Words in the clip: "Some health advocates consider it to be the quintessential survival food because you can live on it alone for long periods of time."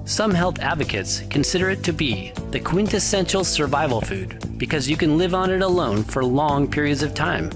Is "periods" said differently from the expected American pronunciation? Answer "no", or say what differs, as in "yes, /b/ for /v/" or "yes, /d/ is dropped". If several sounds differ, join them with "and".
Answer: no